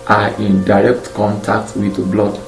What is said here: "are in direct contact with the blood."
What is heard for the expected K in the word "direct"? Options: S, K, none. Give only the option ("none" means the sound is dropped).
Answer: K